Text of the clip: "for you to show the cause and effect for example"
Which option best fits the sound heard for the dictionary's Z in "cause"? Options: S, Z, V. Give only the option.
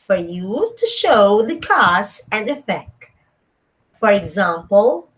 S